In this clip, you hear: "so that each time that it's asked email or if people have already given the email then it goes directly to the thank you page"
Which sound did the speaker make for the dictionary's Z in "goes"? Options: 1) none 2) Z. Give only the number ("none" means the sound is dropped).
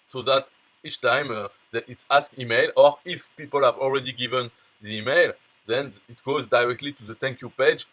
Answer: 2